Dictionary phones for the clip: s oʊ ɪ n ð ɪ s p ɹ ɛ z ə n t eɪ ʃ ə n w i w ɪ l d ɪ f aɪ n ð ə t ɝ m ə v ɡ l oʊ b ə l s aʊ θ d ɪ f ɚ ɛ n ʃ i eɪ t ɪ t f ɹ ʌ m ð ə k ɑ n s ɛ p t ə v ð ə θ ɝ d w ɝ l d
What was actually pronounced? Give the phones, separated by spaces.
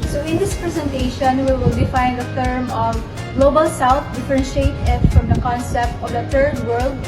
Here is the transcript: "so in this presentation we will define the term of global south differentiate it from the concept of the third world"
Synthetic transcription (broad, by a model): s oʊ ɪ n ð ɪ s p ɹ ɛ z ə n t eɪ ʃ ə n w i w ɪ l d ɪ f aɪ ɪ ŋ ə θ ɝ m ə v ɡ l oʊ b ə l s aʊ θ d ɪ f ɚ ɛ n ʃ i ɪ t ɪ t f ɹ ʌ m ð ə k ɑ n s ɛ p t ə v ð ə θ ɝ d w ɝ l d